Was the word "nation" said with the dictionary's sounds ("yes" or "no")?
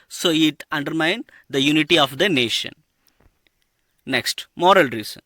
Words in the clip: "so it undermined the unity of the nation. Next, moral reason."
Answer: yes